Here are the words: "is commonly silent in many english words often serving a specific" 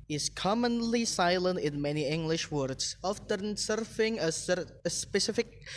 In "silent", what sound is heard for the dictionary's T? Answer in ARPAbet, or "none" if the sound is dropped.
T